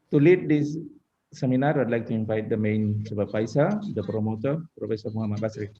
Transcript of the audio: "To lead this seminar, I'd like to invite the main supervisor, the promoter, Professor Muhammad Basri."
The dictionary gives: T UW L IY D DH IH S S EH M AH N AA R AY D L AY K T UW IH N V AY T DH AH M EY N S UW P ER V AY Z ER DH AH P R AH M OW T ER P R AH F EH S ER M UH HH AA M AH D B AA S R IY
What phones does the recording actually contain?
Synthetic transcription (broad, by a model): T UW L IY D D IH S S EH M AH N AA R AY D L AY K T UW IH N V AY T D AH M EY N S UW B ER P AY S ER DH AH P R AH M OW T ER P R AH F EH S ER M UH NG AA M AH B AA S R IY